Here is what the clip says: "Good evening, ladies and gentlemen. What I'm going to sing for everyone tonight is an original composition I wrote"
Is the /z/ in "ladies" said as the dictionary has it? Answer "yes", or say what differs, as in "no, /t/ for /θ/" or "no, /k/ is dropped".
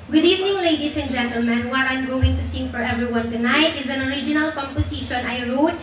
no, /s/ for /z/